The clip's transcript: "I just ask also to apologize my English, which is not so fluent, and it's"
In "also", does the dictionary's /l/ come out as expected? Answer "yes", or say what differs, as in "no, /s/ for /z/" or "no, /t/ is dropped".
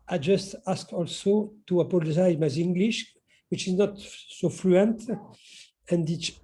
yes